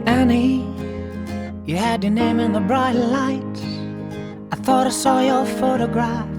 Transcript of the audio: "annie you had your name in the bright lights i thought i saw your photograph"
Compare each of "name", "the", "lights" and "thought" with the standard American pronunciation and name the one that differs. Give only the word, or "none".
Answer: lights